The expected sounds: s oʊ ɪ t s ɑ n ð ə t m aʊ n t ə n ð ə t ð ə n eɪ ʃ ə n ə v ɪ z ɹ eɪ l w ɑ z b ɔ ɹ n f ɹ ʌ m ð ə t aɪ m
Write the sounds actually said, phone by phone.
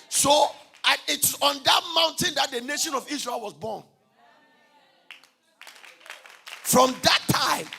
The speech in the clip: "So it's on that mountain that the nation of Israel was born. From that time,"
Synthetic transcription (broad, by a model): s oʊ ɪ t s ɑ n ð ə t m aʊ n t ə n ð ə t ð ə n eɪ ʃ ə n ə v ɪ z ɹ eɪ l w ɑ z b ɔ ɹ n f ɹ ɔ m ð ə t aɪ m